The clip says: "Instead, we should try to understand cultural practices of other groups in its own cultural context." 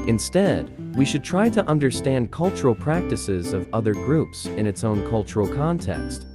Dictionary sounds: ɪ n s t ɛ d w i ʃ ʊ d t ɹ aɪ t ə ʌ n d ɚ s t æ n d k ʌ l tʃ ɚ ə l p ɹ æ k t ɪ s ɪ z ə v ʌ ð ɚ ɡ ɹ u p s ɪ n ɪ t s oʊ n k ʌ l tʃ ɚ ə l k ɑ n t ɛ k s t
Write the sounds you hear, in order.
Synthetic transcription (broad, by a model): ɪ n s t ɛ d w i ʃ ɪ d t ɹ aɪ t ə ʌ n d ɚ s t æ n d k ʌ l tʃ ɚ l p ɹ æ k t ɪ s ɪ z ə v ʌ ð ɚ ɡ ɹ u p s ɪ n ɪ t s oʊ n k ʌ l tʃ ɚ l k ɑ n t ɛ k s t